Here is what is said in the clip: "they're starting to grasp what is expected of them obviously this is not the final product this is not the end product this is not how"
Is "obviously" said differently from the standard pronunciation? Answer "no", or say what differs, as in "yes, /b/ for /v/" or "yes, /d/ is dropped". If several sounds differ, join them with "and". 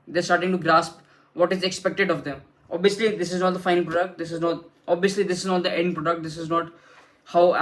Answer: no